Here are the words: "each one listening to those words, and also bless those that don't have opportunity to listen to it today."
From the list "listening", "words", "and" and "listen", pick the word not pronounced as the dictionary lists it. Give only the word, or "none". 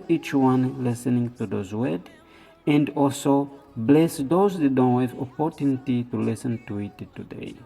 words